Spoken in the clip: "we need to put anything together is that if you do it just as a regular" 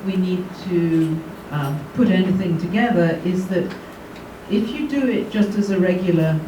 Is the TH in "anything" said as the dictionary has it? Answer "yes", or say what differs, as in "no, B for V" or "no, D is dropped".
yes